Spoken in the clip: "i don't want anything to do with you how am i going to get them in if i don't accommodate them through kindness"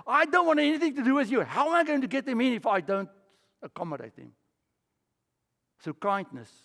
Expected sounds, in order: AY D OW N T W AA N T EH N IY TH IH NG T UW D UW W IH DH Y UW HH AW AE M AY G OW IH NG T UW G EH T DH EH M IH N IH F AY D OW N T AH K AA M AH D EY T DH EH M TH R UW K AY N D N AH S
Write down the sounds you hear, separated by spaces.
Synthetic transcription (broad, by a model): AY D OW N T W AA N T EH N IY TH IH NG T UW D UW W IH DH Y UW HH AW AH M AY G OW IH NG T UW G EH T DH EH M IH N IH F AY D OW N T AH K AA M AH D EY T DH EH M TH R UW K AY N D N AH S